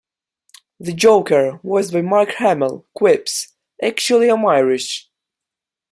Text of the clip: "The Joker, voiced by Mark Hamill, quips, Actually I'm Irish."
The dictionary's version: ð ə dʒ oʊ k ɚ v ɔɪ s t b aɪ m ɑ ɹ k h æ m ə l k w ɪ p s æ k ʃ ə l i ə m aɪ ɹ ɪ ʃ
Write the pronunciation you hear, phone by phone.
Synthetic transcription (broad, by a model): ð ə dʒ oʊ k ɚ w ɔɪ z b aɪ m ɑ ɹ k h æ m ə l k w ɪ p s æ k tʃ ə l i ə m aɪ ɹ ɪ ʃ